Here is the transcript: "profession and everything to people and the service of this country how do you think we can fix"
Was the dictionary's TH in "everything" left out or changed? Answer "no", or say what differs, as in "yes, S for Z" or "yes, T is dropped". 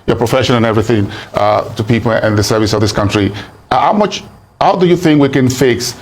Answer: no